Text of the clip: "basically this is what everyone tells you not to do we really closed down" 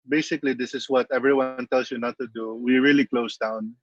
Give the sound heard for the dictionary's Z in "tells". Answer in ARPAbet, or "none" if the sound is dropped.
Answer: S